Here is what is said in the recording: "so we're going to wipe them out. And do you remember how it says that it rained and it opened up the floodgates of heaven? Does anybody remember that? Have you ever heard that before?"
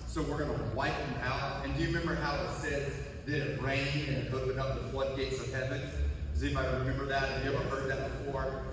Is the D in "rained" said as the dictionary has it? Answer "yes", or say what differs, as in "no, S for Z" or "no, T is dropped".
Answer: no, D is dropped